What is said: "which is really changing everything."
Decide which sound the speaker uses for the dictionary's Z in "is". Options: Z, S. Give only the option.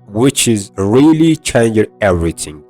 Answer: Z